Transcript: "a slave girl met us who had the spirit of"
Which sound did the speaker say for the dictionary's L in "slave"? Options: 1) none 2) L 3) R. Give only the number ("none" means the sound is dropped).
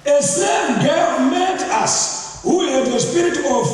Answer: 1